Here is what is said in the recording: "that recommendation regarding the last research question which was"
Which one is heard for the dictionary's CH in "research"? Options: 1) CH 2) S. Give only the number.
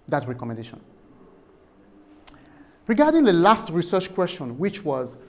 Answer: 1